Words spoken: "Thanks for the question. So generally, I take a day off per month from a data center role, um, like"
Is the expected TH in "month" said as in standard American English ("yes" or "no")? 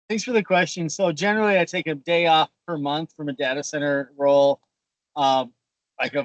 yes